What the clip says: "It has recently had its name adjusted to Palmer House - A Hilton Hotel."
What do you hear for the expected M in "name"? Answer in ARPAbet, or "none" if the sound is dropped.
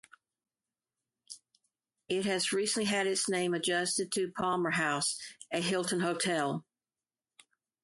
M